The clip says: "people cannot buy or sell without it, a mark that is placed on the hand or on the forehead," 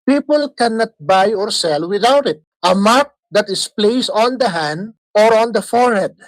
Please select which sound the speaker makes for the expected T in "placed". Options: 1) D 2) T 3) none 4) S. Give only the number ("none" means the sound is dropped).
3